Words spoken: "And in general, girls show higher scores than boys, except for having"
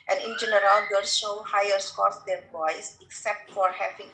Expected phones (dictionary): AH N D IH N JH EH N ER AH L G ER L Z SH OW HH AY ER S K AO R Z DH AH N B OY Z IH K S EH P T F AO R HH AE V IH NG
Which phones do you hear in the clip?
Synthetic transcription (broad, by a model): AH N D IH N JH EH N ER AH L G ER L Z SH OW HH AY ER S K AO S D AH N B OY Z IH K S EH P T F AO R HH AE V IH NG